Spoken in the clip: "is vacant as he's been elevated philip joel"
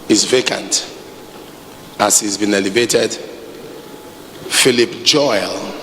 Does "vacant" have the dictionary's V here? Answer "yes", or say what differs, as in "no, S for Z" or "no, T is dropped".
yes